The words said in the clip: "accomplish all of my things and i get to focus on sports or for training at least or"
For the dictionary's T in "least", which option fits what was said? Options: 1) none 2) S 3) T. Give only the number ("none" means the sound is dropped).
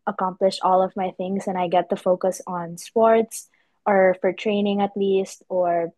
3